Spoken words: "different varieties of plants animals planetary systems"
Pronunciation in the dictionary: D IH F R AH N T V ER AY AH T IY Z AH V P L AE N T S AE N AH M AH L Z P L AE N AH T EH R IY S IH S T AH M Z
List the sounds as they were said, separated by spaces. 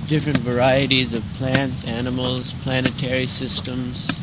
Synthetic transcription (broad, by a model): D IH F R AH N T V ER AY AH T IY Z AH V P L AE N T S AE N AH M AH L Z P L AE N AH T EH R IY S IH S T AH M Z